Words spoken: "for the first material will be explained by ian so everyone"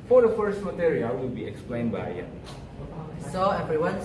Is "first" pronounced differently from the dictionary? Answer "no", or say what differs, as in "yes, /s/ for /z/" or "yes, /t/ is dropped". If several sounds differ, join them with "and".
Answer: no